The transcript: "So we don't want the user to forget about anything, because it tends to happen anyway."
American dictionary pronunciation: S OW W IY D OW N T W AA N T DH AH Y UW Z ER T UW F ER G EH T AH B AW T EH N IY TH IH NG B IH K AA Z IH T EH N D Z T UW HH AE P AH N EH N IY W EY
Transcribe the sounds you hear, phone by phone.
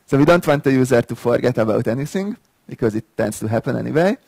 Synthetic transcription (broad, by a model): S OW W IY D OW N T W AA N T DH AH Y UW Z ER T UW F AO G EH T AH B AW T EH N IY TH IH NG B IH K AA Z IH T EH N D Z T UW HH AE P AH N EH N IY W EY